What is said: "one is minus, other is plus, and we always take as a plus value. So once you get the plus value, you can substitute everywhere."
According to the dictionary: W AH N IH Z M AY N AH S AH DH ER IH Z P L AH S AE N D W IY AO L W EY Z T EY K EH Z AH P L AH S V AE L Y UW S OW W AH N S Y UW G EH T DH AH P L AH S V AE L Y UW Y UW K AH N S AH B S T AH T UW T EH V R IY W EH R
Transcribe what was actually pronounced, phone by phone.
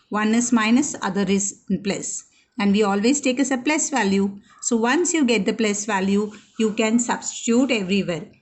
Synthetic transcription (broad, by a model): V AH N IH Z M AY N AH S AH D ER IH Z P L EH S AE N D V IY AO L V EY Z T EY K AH S AH P L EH S V AE L Y UW S OW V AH N S Y UW G EH T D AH P L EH S V AE L Y UW Y UW K AH N S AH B S T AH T UW T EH V R IY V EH R